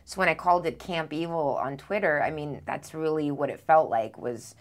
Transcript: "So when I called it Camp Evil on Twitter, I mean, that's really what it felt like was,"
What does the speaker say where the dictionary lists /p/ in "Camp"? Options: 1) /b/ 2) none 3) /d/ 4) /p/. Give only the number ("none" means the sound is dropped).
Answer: 4